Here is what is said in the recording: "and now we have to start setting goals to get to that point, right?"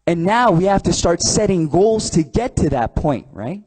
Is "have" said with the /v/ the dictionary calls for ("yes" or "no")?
no